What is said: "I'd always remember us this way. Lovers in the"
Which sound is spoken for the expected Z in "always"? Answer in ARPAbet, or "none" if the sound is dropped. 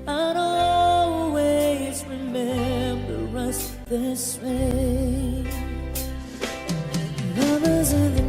Z